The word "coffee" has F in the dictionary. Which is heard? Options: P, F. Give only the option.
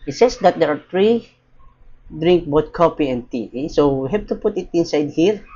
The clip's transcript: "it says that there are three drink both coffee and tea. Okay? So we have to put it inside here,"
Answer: P